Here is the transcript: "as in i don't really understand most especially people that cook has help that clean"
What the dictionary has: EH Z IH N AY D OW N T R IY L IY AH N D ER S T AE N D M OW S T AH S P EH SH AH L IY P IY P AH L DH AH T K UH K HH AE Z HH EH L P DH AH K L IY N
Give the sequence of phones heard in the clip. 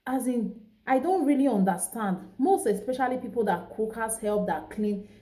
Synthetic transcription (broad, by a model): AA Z IH N AY D OW N T R IY L IY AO N D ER S T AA N D M OW S T AH S P EH SH AH L IY P IY P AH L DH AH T K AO K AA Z HH EH L P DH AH K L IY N